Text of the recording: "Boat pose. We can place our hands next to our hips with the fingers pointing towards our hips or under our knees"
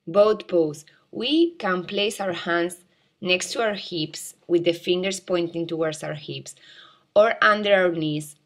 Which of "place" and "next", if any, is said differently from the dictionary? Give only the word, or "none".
none